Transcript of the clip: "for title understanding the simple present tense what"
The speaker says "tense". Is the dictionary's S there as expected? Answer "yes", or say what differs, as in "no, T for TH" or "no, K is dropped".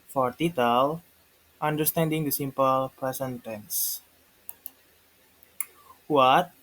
yes